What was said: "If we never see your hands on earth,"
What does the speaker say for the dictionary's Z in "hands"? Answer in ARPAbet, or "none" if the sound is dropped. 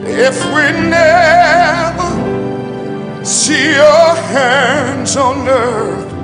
Z